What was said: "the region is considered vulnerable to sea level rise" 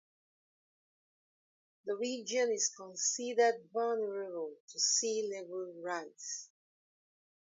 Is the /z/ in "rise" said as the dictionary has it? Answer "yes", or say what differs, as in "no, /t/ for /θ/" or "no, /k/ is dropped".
no, /s/ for /z/